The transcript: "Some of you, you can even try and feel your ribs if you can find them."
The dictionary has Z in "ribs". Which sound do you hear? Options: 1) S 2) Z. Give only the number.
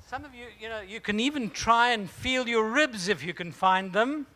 2